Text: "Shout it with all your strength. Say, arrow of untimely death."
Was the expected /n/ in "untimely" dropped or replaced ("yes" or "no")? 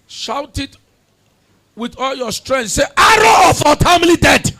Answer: yes